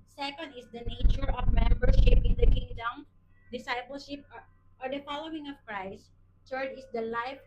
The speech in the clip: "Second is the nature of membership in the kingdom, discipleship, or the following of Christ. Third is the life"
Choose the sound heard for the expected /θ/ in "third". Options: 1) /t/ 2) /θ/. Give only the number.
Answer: 1